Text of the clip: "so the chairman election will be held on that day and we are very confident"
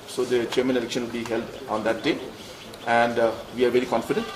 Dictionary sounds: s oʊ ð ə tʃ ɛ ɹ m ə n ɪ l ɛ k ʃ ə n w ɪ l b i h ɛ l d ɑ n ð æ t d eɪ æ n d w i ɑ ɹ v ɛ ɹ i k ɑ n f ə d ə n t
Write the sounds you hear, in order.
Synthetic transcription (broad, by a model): s oʊ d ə tʃ ɛ ɹ m ə n ɪ l ɛ k ʃ ə n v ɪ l b i h ɛ l d ɑ n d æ t d eɪ æ n d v i ɑ ɹ v ɛ ɹ i k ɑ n f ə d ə n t